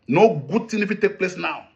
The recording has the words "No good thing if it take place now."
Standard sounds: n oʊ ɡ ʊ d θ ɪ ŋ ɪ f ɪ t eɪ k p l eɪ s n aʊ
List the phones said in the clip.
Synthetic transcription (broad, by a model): n oʊ ɡ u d s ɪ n ɪ f ɪ t eɪ k p l eɪ s n aʊ